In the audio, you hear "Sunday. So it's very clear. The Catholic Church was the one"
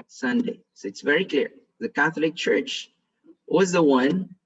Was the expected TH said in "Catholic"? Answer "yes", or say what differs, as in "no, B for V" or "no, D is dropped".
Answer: yes